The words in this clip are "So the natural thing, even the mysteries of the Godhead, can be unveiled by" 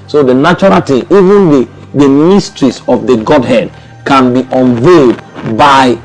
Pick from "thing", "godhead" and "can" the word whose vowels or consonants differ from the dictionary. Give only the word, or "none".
thing